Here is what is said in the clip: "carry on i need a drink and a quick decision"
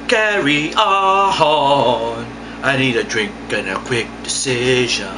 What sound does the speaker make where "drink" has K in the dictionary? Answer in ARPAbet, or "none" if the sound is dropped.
K